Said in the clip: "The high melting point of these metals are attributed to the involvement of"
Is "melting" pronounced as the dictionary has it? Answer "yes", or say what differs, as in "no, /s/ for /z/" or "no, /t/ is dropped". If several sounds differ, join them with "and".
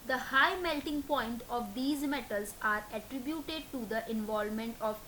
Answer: yes